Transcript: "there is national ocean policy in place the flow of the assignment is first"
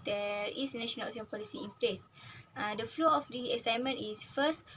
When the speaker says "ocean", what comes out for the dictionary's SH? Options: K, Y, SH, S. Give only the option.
S